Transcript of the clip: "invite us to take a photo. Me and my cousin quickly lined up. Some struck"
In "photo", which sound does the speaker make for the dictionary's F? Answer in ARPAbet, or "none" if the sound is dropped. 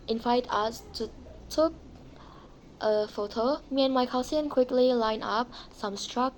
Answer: F